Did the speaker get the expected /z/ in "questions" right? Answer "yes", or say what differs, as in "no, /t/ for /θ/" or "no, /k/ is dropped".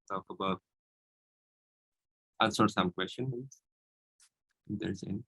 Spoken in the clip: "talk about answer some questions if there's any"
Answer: no, /z/ is dropped